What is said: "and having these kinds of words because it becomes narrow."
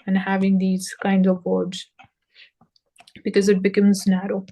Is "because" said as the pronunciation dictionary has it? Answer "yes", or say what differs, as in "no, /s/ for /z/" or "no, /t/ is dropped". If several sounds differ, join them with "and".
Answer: yes